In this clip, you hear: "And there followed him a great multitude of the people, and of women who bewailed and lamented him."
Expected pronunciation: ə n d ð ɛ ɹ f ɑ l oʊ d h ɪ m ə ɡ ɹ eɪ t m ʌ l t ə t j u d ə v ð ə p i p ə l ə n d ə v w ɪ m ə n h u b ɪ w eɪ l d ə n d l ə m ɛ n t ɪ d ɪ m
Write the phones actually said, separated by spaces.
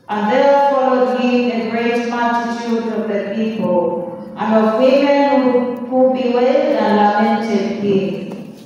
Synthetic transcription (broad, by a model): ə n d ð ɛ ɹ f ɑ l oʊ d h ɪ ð ə ɡ ɹ eɪ t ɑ t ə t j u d ə v ð ə p i p ə l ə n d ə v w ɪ m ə n h u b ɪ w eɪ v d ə n l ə m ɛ n t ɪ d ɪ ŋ